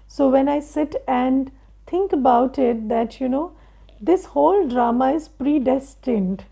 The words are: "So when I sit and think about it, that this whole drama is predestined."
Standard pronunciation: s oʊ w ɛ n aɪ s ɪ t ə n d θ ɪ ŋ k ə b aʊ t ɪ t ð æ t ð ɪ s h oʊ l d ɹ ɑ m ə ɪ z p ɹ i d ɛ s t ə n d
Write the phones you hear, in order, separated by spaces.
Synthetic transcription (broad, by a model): s oʊ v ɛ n aɪ s ɪ t ə n d t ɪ ŋ k ə b aʊ t ɪ t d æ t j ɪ s h oʊ l d ɹ ɑ m ə ɪ z p ɹ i d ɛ s t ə n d